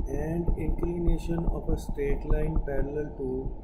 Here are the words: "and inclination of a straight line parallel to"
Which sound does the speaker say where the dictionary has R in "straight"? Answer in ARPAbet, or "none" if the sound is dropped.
R